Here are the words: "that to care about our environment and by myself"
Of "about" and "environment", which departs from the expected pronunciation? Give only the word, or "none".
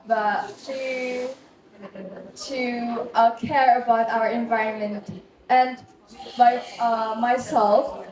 none